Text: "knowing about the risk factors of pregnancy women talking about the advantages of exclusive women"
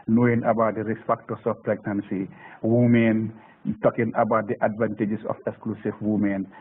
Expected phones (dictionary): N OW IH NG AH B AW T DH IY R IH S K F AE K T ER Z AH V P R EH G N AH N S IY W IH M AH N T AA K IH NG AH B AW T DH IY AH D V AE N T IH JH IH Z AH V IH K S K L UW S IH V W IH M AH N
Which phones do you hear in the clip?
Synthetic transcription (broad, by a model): N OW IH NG AH B AW T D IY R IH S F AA K T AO S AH F P R EH G N AH N S IY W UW M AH N T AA K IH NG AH B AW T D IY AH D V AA N T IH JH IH S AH F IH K S K L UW S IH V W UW M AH N